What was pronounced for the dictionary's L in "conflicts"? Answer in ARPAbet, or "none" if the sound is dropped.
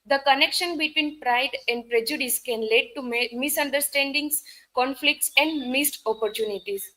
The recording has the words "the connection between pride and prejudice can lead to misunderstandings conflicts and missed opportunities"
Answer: L